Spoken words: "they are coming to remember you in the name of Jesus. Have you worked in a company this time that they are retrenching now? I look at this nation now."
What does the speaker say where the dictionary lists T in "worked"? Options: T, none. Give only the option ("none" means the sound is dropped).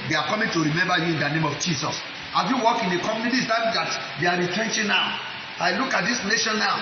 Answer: none